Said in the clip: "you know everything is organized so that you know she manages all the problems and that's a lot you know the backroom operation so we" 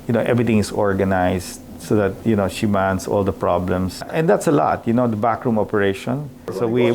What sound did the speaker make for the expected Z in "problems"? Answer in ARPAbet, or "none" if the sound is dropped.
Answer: S